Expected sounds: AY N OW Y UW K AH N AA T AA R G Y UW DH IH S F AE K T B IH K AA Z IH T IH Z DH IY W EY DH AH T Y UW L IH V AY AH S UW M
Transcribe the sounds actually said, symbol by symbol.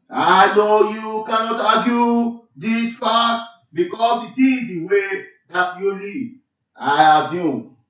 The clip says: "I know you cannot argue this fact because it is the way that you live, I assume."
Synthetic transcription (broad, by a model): AY N OW Y UW K AH N AA T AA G Y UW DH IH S P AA T B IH K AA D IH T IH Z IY W EY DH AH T Y UW L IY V AY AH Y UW